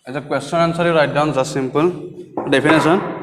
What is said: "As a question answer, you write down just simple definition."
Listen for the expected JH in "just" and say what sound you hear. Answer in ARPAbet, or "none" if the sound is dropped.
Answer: Z